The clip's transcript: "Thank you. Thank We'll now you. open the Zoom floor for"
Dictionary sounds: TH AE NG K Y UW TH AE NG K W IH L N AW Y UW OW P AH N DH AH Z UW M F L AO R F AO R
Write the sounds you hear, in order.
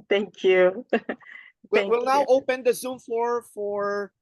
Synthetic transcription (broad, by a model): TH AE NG K Y UW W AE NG W IH L N AW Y OW P AH N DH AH Z UW M F AO R F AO R